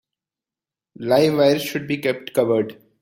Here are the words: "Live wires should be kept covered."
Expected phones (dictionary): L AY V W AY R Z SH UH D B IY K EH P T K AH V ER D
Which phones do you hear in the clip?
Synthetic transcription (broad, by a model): L AY V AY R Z SH UH D B IY K EH P T K AH V ER D